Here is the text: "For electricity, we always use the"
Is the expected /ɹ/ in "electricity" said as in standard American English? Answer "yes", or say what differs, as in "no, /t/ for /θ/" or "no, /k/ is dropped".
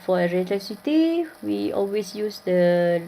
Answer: no, /ɹ/ is dropped